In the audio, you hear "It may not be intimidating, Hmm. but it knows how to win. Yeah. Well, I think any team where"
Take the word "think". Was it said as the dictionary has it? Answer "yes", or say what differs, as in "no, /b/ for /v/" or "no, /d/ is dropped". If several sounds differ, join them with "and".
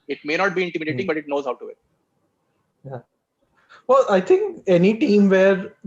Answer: no, /t/ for /θ/